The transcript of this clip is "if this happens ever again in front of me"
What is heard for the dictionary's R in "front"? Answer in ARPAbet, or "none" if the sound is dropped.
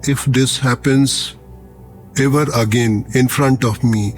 R